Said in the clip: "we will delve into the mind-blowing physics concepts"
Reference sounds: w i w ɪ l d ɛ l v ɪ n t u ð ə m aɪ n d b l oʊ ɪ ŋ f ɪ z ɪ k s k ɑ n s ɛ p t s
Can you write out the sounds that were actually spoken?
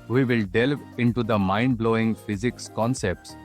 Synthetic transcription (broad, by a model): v i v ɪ l d ɛ l v ɪ n t u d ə m aɪ n d b l oʊ ɪ ŋ f ɪ z ɪ k s k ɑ n s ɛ p t s